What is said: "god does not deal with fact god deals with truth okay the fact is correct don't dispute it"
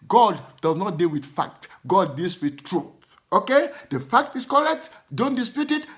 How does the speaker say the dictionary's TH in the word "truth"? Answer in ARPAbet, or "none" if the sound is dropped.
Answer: S